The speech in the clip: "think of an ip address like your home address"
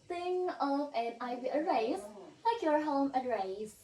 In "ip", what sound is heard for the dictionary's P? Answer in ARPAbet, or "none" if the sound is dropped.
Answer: B